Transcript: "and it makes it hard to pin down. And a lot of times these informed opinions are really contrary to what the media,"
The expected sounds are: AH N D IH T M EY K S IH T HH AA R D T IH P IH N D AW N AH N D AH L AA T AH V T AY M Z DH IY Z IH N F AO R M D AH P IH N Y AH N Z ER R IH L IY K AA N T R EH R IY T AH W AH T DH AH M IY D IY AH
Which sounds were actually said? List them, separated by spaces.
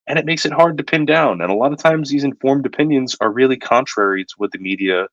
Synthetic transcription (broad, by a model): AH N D IH T M EY K S IH T HH AA R D T IH P IH N D AW N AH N AH L AA T AH V T AY M Z DH IY Z IH N F AO R M D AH P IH N Y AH N Z ER R IH L IY K AA N T R EH R IY T AH W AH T DH AH M IY D IY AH